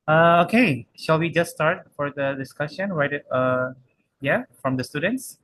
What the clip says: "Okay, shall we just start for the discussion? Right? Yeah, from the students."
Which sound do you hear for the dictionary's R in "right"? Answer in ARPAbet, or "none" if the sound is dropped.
W